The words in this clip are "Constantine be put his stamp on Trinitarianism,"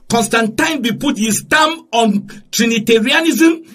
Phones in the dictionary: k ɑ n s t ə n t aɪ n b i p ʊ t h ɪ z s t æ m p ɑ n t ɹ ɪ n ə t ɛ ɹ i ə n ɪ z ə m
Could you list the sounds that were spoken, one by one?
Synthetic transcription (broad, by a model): k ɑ n s t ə n t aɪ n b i p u t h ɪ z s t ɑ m ɑ n t ɹ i n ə t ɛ ɹ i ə n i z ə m